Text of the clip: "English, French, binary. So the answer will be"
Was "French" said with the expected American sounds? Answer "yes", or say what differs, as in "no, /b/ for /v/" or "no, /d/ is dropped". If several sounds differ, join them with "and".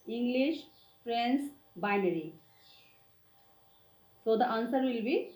no, /s/ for /tʃ/